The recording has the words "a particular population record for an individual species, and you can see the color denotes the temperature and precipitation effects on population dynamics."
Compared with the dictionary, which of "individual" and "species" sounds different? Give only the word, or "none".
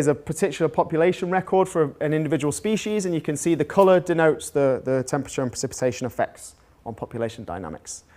none